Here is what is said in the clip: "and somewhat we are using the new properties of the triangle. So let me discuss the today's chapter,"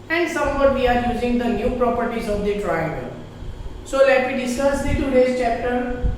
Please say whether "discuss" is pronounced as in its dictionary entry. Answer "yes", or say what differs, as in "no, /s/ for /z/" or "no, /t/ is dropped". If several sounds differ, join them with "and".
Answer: no, /k/ is dropped